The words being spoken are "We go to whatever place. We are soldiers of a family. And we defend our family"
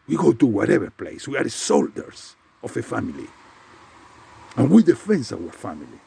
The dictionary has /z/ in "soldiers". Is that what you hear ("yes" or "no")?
no